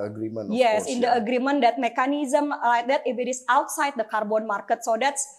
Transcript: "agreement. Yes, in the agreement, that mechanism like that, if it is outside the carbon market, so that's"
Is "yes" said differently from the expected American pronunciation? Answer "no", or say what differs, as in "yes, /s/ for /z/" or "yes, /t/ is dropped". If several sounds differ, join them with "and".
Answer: no